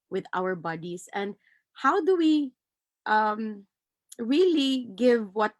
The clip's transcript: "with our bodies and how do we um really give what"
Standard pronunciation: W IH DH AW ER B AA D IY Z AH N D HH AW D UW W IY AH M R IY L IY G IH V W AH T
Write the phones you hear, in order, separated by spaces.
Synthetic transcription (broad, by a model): W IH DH AW ER B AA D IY S AH N D HH AW D UW W IY AH M R IY L IY G IH V W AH T